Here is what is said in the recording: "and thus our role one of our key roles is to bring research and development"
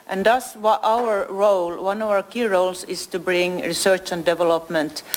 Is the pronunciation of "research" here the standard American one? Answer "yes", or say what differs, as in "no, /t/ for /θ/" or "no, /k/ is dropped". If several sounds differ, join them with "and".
yes